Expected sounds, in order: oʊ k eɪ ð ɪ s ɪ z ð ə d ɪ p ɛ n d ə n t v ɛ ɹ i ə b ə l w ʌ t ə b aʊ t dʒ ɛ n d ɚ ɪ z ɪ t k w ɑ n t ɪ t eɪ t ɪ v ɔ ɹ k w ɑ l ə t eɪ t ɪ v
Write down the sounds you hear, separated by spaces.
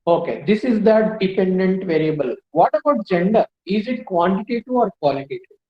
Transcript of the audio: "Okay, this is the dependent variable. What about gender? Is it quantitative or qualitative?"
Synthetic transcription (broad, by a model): oʊ k eɪ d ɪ s ɪ z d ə d ɪ p ɛ n d ə n t v ɛ ɹ i ə b ə l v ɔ t ə b aʊ t dʒ ɛ n d ɚ ɪ z ɪ t k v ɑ n t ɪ t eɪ t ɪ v ɔ ɹ k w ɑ l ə t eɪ t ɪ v